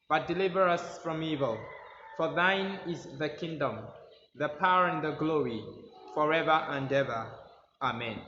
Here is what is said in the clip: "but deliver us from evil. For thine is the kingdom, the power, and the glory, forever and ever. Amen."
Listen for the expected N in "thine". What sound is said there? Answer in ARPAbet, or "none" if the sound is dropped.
N